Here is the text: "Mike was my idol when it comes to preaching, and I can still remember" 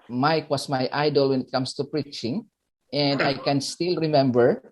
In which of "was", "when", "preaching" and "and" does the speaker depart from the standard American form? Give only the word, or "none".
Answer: was